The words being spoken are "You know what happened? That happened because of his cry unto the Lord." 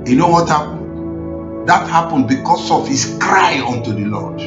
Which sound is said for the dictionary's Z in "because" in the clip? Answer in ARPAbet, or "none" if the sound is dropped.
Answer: S